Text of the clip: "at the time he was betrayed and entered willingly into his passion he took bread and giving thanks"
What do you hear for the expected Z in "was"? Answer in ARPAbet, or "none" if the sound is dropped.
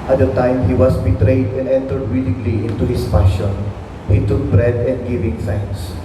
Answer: S